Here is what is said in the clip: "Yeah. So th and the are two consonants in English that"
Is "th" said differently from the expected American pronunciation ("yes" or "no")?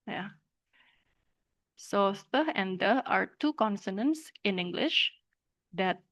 yes